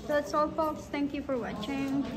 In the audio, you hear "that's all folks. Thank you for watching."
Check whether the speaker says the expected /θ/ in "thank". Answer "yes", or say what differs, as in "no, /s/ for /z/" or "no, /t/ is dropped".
no, /t/ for /θ/